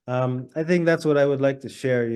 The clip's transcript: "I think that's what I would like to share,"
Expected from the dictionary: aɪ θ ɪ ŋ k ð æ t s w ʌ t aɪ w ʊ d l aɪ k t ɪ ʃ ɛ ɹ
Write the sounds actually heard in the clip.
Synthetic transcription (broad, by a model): aɪ θ ɪ ŋ k ð æ t s w ʌ t aɪ w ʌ d l aɪ k t ɪ ʃ ɛ ɹ